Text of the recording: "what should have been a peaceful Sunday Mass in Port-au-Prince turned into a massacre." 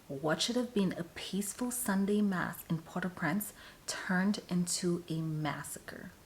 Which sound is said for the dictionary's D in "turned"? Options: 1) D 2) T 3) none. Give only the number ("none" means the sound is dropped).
1